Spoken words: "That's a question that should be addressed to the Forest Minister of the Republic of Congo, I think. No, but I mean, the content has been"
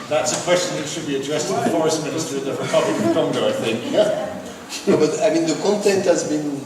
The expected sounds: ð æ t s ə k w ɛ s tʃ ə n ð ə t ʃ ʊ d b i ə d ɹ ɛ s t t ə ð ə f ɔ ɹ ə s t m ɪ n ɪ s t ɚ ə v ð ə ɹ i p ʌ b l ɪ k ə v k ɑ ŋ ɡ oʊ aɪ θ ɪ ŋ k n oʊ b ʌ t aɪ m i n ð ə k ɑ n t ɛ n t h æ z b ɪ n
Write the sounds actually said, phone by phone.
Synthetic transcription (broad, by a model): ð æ t s ə k w ɛ s tʃ ə n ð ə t ʃ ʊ d b i ə d ɹ ɛ s t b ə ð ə f ɔ ɹ ə s t m ɪ n ɪ s t ɚ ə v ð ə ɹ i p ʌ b l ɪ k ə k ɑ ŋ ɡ oʊ aɪ θ ɪ ŋ k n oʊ b ʌ t aɪ m i n ð ə k ɑ n t ɛ n t h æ z b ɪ n